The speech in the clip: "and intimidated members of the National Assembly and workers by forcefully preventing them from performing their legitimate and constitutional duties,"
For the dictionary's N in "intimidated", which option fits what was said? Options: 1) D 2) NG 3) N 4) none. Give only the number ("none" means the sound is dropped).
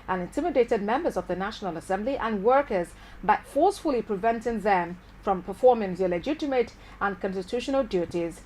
3